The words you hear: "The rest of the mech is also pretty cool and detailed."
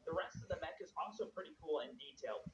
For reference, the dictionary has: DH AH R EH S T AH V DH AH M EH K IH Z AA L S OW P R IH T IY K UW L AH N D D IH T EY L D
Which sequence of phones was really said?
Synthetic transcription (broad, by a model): DH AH R EH S T AH V DH AH M EH K IH Z AA L S OW P R IH T IY K UW L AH N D D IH T EY L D